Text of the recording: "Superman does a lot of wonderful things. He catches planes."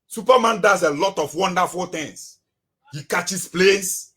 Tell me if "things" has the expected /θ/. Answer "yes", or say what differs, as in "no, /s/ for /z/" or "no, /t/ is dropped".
no, /t/ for /θ/